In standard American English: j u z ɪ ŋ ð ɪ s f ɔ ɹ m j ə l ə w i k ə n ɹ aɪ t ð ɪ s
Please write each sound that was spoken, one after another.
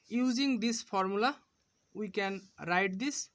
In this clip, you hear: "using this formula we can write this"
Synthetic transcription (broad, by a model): j u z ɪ ŋ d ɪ s p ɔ ɹ m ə l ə w i k ə n ɹ aɪ t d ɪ s